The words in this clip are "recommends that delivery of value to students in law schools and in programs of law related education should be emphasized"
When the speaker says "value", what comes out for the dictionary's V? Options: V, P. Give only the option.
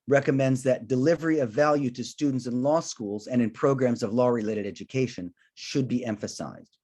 V